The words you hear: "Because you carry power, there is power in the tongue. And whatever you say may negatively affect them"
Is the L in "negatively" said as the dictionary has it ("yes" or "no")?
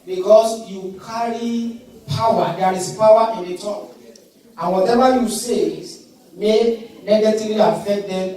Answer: no